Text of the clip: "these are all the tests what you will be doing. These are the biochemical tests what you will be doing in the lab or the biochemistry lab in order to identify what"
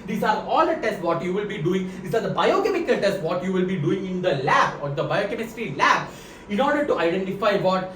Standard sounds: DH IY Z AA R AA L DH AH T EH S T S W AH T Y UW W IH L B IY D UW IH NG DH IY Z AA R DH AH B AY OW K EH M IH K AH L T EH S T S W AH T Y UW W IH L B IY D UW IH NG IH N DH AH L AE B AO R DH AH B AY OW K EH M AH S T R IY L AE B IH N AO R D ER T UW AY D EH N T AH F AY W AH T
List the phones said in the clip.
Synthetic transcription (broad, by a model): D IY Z AA R AA L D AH T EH S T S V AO T Y UW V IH L B IY D UW IH NG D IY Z AA R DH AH B AY OW K EH M IH K AH L T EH S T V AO T Y UW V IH L B IY D UW IH NG IH N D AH L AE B AO R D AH B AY OW K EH M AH S T IY L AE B IH N AO R D ER T UW AY D EH N T AH F AY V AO T